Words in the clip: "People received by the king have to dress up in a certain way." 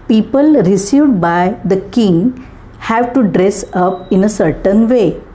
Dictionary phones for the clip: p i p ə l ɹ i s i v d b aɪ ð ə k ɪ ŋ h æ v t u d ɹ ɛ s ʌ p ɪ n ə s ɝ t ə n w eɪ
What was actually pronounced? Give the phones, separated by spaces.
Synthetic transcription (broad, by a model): p i p ə l ɹ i s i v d b aɪ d ə k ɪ ŋ h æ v t u d ɹ ɛ s ʌ p ɪ n ə s ɝ t ə n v eɪ